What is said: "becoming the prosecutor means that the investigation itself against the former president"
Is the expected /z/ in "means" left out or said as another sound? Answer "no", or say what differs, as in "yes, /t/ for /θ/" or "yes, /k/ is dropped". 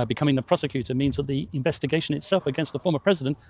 no